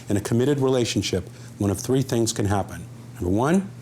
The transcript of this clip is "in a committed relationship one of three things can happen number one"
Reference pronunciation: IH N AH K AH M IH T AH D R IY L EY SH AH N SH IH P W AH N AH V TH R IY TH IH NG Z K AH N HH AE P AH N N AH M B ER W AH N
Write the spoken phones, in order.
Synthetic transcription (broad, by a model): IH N AH K AH M IH T AH D R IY L EY SH N SH IH P W AH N AH V TH R IY TH IH NG Z K AH N HH AE P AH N N AH M B ER W AH N